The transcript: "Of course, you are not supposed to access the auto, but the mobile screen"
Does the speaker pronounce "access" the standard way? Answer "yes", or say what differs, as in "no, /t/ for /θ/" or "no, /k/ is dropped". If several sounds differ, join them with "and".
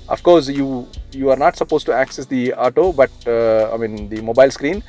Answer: yes